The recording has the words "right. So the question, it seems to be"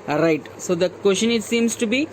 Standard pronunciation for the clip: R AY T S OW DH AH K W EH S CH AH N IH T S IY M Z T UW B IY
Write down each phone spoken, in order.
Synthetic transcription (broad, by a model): R AY T S OW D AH K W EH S SH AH N IH T S IY M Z T UW B IY